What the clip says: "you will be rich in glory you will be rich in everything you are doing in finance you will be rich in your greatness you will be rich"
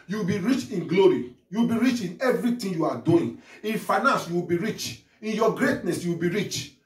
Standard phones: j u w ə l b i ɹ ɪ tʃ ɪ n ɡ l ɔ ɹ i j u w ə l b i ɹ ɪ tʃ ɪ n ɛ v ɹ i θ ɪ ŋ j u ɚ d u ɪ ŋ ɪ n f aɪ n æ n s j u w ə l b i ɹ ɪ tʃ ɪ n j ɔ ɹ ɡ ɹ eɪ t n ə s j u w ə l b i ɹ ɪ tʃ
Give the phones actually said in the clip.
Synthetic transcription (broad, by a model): j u w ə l b i ɹ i tʃ ɪ n ɡ l ɔ ɹ i j u w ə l b i ɹ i tʃ ɪ n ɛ v ɹ i t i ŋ j u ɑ d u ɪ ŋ ɪ n f aɪ n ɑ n s j u w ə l b i ɹ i tʃ ɪ n j ɔ ɡ ɹ eɪ t n ə s j u w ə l b i ɹ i tʃ